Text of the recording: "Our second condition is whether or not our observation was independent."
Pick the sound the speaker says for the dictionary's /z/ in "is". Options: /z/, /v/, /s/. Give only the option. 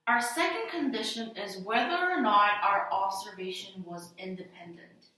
/z/